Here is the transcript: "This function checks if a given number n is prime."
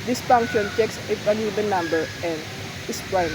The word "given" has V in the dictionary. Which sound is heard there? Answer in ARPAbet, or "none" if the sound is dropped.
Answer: B